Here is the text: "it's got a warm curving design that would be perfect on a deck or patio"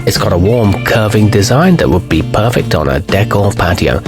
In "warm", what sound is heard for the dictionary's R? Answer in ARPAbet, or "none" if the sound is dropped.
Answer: R